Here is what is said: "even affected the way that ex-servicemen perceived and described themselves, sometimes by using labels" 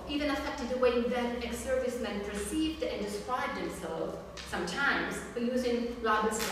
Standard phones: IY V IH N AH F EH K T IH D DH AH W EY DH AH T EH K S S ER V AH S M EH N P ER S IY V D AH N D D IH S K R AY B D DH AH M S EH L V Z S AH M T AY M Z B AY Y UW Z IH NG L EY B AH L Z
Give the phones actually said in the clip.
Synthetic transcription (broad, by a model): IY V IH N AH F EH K T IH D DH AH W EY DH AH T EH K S S ER V AH S M EH N P ER S IY V D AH N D D IH S K R AY B D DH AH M S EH L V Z S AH M T AY M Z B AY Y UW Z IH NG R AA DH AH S